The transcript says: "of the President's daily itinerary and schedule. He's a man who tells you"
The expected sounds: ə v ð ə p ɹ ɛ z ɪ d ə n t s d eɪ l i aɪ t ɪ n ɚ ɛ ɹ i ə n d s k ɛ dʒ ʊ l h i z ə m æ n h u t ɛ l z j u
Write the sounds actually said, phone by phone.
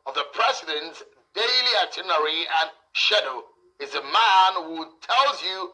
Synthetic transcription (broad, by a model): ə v ð ə p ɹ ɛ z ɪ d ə n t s d eɪ l i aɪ t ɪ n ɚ ɹ i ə n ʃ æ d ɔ ʊ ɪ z ə m æ n h u t ɛ l z j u